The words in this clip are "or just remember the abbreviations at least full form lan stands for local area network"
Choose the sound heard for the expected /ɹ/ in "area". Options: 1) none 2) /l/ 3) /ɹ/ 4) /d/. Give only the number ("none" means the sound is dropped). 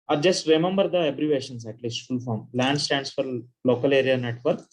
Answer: 3